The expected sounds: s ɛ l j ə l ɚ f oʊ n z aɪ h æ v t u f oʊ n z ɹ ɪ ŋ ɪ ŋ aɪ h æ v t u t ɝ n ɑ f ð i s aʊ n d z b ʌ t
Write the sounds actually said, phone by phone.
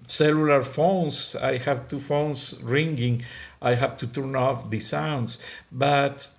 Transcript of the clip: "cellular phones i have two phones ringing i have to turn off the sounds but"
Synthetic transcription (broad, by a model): s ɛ l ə l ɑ f oʊ n s aɪ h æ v t u f oʊ n s ɹ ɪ ŋ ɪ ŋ aɪ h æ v t u t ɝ n ɑ f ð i s aʊ n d s b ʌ t